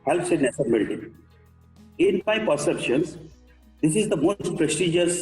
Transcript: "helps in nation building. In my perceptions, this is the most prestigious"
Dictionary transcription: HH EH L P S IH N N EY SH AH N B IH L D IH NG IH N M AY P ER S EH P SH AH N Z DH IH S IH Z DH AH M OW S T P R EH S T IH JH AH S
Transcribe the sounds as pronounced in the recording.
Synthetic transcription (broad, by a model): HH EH L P S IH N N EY S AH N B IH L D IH IH N M AY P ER S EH P SH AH N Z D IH S IH Z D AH M OW S T P R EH S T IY JH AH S